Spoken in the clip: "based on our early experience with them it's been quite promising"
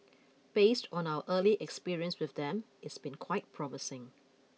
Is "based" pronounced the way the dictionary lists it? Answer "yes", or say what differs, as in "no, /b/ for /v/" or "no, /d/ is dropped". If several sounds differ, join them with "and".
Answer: yes